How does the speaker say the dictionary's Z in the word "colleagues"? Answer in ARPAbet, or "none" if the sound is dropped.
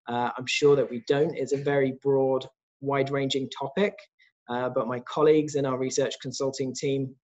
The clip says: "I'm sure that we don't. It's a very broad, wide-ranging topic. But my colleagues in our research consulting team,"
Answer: Z